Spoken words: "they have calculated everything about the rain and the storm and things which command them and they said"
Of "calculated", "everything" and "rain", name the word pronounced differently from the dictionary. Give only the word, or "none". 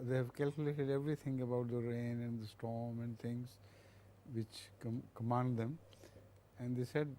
everything